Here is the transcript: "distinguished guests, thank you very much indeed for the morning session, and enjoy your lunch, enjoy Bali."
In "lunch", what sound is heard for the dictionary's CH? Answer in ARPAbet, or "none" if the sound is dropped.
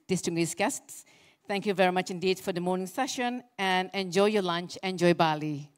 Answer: CH